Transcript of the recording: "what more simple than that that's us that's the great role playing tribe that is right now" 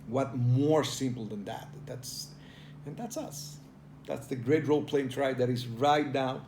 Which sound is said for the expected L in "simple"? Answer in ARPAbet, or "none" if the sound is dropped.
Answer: N